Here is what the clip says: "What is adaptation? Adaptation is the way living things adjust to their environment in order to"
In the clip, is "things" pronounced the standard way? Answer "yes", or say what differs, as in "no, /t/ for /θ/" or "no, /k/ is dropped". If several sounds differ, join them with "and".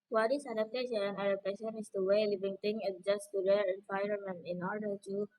no, /t/ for /θ/ and /z/ is dropped